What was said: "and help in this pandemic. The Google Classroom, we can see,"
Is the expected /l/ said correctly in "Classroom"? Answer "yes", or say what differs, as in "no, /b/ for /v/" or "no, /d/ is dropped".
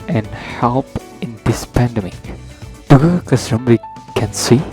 no, /l/ is dropped